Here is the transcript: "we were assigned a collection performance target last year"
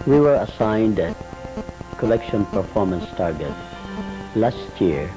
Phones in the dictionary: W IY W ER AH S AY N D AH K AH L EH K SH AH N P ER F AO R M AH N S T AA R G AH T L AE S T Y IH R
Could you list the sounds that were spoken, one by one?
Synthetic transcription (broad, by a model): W IY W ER AH S AY N D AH K AH L EH K SH AH N P ER F AO R M AH N S T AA R G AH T L AE S T Y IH R